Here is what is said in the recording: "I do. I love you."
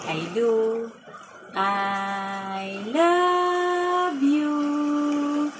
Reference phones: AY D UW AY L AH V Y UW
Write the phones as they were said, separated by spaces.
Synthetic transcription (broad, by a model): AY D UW AY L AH B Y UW